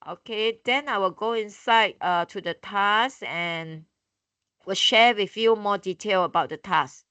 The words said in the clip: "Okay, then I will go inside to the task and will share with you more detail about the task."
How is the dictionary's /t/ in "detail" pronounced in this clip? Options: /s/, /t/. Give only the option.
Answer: /t/